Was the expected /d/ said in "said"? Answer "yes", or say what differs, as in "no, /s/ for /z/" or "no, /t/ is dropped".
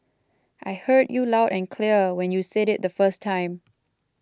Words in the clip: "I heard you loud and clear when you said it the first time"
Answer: yes